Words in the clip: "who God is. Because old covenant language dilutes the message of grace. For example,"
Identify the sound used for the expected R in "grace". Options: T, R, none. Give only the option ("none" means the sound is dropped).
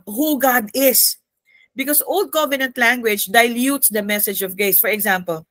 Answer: none